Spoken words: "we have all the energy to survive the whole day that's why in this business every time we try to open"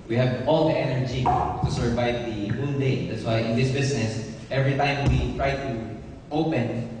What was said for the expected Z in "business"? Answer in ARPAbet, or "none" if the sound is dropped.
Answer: S